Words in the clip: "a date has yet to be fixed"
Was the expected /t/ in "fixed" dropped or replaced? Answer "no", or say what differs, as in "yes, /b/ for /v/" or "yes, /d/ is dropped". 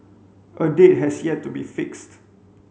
no